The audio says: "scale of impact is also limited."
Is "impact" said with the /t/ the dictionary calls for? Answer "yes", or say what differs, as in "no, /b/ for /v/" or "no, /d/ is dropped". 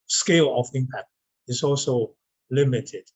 no, /t/ is dropped